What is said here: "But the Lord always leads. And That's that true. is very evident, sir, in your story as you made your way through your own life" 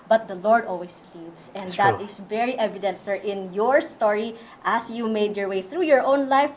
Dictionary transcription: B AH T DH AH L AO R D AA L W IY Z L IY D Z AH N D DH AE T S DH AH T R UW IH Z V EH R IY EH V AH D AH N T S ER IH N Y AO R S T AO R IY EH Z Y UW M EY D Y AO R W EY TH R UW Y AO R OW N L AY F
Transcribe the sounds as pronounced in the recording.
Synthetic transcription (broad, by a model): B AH T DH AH L AO R D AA L W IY S L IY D S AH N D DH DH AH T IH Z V EH R IY EH V AH D AH N T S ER IH N Y AO R S T AO R IY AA S Y UW M EY D Y AO R W EY TH R UW Y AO R OW N L AY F